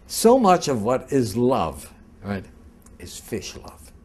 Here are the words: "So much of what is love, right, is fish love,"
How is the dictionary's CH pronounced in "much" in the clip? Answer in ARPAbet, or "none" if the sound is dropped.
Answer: CH